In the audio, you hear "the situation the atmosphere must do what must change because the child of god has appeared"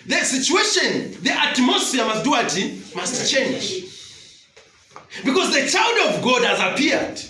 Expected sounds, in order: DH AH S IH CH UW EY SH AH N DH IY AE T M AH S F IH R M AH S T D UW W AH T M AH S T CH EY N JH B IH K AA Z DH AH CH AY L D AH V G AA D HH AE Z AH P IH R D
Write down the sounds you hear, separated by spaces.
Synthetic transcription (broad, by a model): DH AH S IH CH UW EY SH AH N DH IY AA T M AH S IY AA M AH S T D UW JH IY M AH S T CH EY N JH B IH K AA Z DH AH CH AY L D AH V G AA D HH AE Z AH P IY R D